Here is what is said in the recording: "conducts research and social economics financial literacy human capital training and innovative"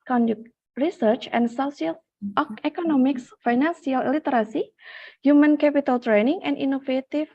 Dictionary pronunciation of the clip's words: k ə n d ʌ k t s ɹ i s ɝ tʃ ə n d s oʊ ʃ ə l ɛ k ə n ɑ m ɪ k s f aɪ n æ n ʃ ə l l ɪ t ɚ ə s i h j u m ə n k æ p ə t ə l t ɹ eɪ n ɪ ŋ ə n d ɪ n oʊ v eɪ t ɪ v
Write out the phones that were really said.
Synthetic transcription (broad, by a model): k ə n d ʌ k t ɹ i s ɝ tʃ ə n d s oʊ s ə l ɛ k ə n ɑ m ɪ k s f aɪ n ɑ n s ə l l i t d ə s i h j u m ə n k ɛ p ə t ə l t ɹ eɪ n ɪ ŋ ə n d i n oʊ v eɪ t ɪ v